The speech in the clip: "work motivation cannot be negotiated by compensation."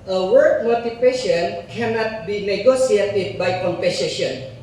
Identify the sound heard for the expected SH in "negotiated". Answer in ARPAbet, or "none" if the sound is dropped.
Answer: S